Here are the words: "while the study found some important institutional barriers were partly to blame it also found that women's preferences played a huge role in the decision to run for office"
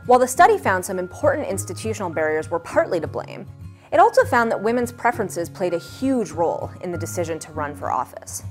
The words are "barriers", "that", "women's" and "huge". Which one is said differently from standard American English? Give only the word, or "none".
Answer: none